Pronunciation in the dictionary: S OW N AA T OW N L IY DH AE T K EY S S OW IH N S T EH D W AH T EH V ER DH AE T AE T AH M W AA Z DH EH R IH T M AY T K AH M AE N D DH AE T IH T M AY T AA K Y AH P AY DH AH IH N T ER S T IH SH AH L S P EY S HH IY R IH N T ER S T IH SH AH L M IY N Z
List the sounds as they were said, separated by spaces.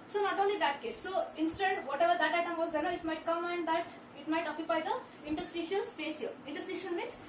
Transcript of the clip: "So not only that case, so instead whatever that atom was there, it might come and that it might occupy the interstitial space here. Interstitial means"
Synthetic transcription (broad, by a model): S OW N AA T OW N L IY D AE T K EY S S OW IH N S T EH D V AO T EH V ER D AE T AE T AH M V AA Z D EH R IH T M AY T K AH M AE N D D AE T IH T M AY T AA K Y AH P AY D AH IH N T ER S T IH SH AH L S P EY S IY L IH N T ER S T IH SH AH N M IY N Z